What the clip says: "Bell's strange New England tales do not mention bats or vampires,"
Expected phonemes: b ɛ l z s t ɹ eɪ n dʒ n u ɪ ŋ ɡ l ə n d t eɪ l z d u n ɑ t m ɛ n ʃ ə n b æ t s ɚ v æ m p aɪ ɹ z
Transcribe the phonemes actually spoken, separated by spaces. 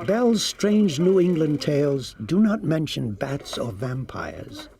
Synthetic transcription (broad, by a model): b ɛ l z s t ɹ eɪ n dʒ n u ɪ ŋ ɡ l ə n t eɪ l z d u n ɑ t m ɛ n ʃ ə n b æ t s ɚ v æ m p aɪ ɹ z